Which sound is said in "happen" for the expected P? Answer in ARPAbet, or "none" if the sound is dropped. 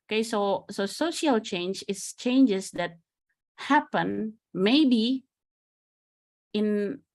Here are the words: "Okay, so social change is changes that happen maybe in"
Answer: P